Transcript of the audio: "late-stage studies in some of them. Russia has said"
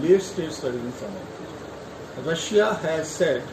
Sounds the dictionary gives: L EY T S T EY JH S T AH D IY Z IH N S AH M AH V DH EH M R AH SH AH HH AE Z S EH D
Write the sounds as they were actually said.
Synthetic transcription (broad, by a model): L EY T S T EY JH S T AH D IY IH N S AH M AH R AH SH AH HH AE Z S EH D